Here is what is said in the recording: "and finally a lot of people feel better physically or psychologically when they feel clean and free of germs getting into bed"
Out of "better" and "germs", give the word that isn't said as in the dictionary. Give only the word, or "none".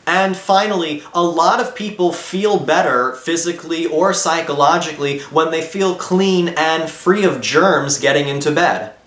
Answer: none